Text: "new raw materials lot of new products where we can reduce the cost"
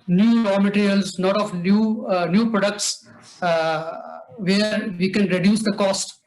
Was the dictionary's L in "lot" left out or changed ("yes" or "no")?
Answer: yes